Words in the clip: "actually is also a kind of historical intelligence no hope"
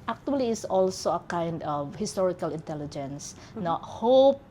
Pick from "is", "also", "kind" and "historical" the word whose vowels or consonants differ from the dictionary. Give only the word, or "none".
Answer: is